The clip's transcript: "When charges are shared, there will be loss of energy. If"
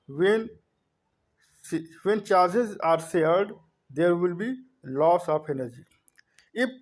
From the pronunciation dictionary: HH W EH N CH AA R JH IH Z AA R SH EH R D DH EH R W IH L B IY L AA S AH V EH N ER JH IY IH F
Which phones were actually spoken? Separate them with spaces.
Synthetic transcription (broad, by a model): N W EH N CH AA R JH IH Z AA R S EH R D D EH R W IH L B IY L AA S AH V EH N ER JH IY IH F